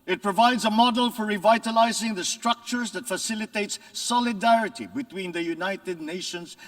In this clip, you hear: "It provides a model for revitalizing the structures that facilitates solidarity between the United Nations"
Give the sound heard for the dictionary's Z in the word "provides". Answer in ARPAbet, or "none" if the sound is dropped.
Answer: Z